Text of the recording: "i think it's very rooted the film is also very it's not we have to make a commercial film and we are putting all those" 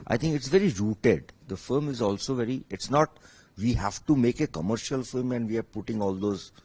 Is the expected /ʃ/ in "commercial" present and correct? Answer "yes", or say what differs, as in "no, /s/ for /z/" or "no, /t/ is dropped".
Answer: yes